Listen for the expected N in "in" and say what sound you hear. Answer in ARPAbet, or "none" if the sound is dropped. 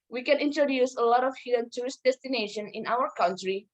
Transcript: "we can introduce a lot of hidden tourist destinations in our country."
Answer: N